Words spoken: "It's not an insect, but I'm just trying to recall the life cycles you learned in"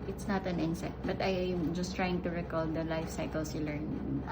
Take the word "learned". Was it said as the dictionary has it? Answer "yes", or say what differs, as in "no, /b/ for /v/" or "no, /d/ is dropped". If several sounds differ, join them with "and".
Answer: no, /d/ is dropped